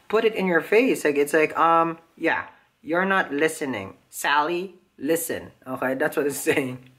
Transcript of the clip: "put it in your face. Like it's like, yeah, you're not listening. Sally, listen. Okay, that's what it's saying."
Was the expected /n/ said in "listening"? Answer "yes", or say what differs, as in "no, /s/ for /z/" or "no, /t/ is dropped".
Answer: yes